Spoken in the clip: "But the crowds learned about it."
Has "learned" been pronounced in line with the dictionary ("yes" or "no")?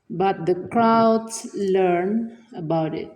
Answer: no